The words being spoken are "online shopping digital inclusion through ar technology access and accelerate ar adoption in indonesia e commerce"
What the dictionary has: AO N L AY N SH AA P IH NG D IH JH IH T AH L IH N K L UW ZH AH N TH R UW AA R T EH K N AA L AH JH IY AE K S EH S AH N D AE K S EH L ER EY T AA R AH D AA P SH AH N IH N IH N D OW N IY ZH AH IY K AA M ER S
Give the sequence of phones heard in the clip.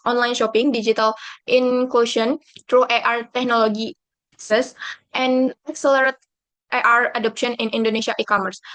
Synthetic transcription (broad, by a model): AO N L AY N SH AA P IH NG D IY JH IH T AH L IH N K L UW SH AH N T R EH AA R T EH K N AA L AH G IY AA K S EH S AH N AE K S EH L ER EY T AA R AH D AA P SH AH N IH N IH N D OW N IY SH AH IY K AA M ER S